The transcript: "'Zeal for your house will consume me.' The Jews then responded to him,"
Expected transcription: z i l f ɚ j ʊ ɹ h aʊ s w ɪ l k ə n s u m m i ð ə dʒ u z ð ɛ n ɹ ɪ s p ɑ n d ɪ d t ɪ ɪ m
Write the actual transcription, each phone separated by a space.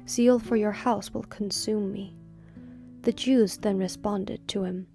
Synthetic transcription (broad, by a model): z i l f ɚ j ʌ ɹ h aʊ s w ɪ l k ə n s u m m i ð ə dʒ u z ð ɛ n ɹ ɪ s p ɑ n d ɪ d t ɪ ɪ m